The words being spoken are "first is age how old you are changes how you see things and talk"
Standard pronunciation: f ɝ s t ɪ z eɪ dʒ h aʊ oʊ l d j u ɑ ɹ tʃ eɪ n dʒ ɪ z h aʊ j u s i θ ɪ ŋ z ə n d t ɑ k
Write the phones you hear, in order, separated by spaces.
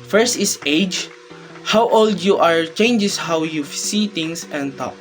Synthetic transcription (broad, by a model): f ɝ s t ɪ s eɪ dʒ h aʊ oʊ l d j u ɑ ɹ tʃ eɪ n dʒ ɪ s h aʊ j u s i t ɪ ŋ s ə n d t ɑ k